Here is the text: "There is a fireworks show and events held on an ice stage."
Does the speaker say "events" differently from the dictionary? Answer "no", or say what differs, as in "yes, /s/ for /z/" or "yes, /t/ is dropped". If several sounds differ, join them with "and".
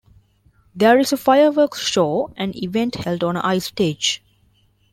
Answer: yes, /s/ is dropped